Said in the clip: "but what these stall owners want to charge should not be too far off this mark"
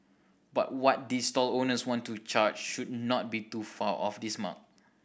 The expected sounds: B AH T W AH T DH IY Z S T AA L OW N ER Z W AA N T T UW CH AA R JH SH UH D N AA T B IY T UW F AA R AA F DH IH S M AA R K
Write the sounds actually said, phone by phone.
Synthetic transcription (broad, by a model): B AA T W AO T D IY S T AA L OW N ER S W AA N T T UW CH AA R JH SH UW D N AA T B IY T UW F AA L AA F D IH S M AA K